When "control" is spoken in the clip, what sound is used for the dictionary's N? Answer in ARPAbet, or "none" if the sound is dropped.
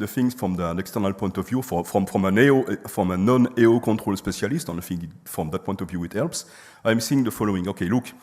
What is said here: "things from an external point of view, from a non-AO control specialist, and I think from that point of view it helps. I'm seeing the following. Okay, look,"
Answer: N